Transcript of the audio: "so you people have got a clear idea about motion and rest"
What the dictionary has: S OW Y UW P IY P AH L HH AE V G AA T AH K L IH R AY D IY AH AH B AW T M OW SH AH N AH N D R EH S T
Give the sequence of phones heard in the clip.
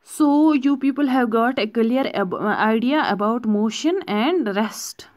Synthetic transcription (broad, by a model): S OW Y UW P IY P AH L HH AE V G AA T AH K L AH R AY D IY AH AH B AW T M OW SH AH N AH N D R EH S T